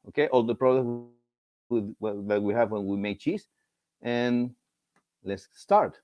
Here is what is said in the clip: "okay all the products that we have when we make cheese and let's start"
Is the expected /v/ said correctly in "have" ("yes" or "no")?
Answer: yes